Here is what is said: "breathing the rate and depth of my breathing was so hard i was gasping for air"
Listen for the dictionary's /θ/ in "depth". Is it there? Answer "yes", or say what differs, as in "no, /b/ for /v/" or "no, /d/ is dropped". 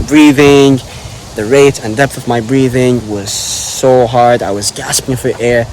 yes